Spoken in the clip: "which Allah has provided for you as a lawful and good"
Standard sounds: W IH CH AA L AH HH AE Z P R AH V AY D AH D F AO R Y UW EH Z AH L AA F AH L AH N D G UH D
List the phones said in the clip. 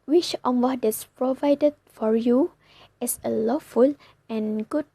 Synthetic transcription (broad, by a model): W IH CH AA W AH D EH S P R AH V AY D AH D F AO R Y UW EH S AH L AA F AH L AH N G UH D